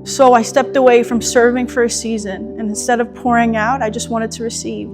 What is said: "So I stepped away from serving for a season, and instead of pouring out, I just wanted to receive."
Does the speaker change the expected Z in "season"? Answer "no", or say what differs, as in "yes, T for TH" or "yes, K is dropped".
no